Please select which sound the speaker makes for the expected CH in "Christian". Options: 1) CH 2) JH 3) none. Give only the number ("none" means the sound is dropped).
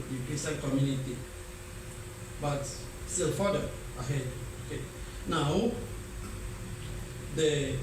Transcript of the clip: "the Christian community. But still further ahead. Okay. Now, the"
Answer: 3